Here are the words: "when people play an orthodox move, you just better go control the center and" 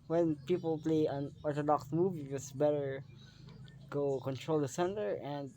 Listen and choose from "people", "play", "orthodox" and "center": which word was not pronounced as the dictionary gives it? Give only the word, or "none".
orthodox